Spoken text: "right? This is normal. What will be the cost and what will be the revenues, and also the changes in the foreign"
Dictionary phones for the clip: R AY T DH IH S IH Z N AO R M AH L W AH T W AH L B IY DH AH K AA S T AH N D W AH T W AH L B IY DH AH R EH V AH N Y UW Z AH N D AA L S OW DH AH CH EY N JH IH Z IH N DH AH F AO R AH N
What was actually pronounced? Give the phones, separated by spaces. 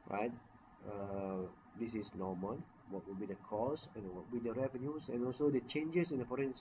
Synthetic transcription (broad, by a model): R AY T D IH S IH S N AO M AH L W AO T W AH L B IY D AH K AA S AH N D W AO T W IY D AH R EH V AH N Y UW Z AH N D AA L S OW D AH CH EY N JH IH S IH N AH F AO R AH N